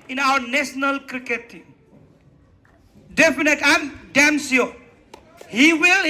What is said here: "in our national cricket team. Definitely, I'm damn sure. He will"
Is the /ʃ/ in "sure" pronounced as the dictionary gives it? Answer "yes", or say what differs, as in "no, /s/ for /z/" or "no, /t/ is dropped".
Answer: no, /s/ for /ʃ/